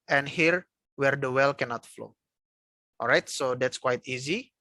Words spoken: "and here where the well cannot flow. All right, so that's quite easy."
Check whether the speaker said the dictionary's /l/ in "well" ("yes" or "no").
yes